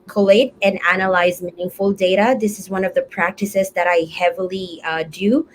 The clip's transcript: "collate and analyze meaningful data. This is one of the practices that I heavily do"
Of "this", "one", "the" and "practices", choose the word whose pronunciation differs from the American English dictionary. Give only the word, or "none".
none